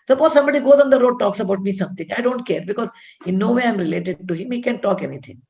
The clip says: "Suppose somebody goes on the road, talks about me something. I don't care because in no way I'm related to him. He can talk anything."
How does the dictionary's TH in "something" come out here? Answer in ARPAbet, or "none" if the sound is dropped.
T